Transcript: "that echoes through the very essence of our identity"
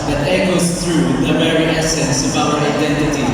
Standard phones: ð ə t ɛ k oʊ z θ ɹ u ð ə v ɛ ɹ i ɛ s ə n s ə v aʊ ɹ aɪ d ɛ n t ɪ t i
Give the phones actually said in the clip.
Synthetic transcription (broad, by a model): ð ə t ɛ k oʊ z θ ɹ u ð ə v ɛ ɹ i ɛ s ə n s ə b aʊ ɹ aɪ d ɛ n t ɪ t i